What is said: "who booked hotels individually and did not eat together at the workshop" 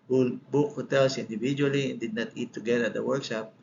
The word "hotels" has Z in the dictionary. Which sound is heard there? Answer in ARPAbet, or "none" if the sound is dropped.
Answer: S